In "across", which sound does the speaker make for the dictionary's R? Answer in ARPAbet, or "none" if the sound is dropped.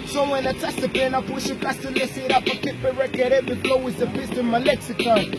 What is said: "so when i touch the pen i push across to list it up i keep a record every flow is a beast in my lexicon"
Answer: none